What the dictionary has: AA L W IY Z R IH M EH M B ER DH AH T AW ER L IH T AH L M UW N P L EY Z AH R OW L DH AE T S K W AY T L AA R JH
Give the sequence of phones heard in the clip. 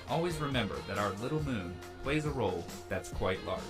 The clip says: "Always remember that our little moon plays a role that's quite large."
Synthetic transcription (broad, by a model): AA L W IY Z R IH M EH M B ER DH AH T AW ER L IH T L M UW N P L EY Z AH R OW L DH AE T S K W AY T L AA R